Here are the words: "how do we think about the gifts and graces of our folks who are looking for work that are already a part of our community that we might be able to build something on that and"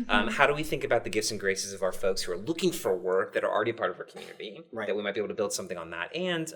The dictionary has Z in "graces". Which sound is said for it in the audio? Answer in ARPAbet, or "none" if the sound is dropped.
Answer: Z